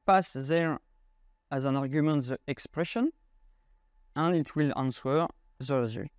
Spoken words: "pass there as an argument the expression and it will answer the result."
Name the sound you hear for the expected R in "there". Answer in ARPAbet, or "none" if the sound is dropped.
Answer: R